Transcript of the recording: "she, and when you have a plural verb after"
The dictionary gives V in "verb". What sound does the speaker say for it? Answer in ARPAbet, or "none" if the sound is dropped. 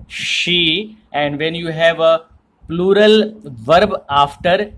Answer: V